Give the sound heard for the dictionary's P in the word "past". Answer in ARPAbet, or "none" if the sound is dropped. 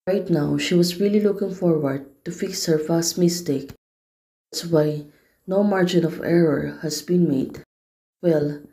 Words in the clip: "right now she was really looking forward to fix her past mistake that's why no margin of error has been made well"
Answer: F